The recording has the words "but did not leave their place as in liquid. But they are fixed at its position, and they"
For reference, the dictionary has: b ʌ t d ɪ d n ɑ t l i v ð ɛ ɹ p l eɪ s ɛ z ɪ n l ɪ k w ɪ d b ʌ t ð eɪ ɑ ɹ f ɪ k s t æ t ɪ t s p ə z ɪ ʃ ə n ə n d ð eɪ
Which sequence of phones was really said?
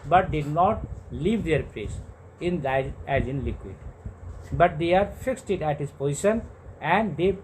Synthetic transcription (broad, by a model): b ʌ t d ɪ d n ɑ t l i v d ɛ ɹ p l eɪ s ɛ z ɪ n l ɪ k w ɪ d b ʌ t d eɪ ɑ ɹ f ɪ k s t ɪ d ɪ t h p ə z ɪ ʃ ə n ə n d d eɪ